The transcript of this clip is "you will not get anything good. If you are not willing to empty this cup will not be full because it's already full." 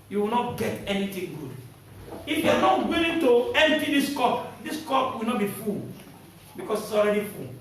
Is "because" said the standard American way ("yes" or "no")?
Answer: no